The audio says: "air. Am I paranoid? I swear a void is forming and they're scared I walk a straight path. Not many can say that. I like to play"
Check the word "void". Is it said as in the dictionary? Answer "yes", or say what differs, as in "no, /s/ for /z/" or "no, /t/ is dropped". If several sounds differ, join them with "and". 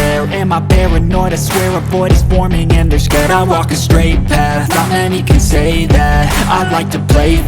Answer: no, /b/ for /v/